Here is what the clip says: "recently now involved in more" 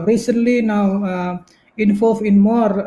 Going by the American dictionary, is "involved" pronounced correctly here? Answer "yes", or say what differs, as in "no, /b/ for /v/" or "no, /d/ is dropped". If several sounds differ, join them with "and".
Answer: no, /d/ is dropped